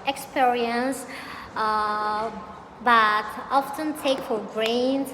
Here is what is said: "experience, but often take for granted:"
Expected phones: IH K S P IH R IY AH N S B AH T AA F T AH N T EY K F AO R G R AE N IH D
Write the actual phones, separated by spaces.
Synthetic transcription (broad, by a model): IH K S P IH R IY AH N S B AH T AA F T AH N T EY K F AO R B R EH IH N